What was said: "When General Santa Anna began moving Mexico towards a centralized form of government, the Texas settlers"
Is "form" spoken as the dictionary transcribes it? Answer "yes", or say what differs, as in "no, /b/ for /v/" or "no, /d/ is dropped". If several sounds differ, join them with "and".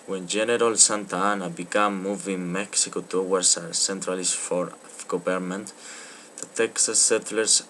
no, /m/ is dropped